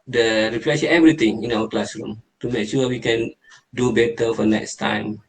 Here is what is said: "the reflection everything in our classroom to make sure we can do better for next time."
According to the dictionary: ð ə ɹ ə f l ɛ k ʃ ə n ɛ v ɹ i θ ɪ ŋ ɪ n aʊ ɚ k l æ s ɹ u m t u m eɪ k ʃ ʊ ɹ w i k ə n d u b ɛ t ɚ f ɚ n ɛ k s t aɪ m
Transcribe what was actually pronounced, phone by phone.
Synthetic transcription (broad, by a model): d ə ɹ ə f l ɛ ʃ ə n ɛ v ɹ i t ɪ ŋ ɪ n aʊ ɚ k l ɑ s ɹ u m t u m eɪ k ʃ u w i k ə n d u b ɛ t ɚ f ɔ n ɛ k s t aɪ m